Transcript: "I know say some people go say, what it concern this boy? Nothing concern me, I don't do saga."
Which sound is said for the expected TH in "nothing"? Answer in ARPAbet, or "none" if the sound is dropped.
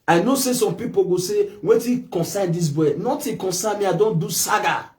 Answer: T